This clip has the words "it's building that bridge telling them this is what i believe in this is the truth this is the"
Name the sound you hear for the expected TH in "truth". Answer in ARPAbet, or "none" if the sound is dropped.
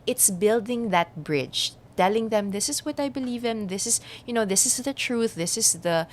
TH